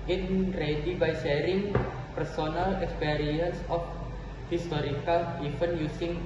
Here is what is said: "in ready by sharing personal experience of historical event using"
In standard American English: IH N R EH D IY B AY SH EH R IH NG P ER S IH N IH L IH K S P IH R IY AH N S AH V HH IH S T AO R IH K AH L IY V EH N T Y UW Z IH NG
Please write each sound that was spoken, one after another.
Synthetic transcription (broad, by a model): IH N R EH D IY B AY SH EH R IH NG P ER S IH N IH L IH K S P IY R IY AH N S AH F HH IH S T AO R IH K AH L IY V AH N Y UW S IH NG